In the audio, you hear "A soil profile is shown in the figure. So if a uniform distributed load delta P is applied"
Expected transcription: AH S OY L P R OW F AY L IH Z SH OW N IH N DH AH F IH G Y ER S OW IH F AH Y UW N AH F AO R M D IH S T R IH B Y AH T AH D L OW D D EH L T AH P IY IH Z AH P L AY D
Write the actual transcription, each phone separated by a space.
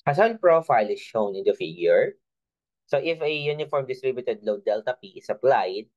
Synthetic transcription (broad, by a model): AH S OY N P R OW F AY L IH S SH OW N IH N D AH F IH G Y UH S OW IH F AH Y UW N AH F AO R M D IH S T R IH B Y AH T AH D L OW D D EH L T AH P IY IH S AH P L AY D